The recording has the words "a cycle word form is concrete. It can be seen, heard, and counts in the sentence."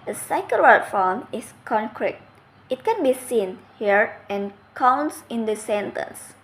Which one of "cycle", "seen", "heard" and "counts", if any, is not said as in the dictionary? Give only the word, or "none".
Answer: heard